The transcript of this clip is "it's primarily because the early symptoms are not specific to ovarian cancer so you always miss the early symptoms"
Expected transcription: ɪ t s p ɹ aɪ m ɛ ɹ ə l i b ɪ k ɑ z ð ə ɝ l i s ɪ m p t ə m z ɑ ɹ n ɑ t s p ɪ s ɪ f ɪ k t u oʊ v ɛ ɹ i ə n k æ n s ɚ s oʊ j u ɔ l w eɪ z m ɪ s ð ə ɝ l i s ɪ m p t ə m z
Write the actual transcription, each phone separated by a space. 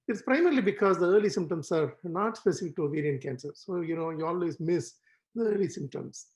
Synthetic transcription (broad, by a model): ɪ t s p ɹ aɪ m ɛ ɹ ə l i b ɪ k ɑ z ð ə ɝ l i s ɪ m p t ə m s ɑ ɹ n ɑ t s p ɪ s ɪ f ɪ k t u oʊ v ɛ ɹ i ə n k æ n s ɚ s oʊ j u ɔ l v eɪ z m ɪ s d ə ɝ l i s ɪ m p t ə m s